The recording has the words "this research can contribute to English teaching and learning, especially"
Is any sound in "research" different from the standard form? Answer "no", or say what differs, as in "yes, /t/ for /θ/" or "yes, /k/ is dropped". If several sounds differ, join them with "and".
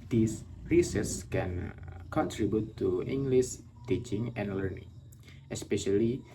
yes, /s/ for /tʃ/